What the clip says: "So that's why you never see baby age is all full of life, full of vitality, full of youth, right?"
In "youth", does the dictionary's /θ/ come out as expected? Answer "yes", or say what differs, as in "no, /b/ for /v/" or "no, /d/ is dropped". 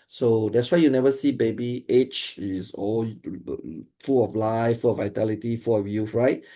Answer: no, /f/ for /θ/